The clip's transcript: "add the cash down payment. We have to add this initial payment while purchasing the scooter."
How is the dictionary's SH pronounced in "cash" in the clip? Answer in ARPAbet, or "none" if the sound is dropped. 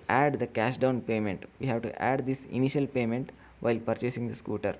SH